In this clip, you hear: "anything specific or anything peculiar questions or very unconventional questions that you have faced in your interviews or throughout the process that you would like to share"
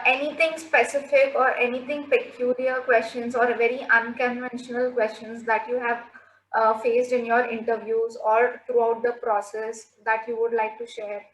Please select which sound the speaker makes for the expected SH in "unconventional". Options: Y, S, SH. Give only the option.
SH